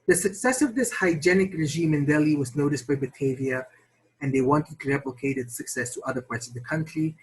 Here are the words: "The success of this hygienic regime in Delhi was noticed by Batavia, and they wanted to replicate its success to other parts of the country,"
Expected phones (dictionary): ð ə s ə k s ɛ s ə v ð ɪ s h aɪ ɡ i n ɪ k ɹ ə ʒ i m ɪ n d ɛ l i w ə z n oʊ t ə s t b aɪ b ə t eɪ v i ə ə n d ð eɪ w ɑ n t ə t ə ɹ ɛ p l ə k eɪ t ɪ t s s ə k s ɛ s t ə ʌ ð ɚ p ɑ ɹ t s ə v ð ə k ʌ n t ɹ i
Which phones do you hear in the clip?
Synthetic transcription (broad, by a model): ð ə s ə k s ɛ s ə v ð ɪ s h aɪ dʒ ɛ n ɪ k ɹ ə ʒ i m ɪ n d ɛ l i w ə z n oʊ t ə s t b aɪ b ə t eɪ v i ə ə n ð eɪ w ɑ n t ə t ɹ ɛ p l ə k eɪ t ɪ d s s ə k s ɛ s t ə ʌ ð ɚ p ɑ ɹ t s ə v ð ə k ʌ n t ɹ i